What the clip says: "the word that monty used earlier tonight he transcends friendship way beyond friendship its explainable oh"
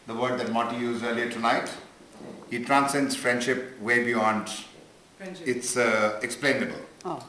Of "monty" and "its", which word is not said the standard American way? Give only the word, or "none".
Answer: monty